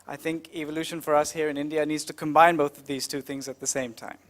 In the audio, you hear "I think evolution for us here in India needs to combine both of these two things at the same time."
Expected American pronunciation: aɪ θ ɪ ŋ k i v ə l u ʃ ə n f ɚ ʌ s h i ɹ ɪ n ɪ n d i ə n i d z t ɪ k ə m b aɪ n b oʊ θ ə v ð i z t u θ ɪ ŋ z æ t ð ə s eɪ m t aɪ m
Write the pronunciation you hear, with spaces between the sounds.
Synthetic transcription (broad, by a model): aɪ θ ɪ ŋ k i v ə l u ʃ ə n f ɚ ʌ s h i ɹ ɪ n ɪ n d i ə n i d z t ɪ k ə m b aɪ n b oʊ θ ə v ð i z t u θ ɪ ŋ z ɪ t ð ə s eɪ m t aɪ m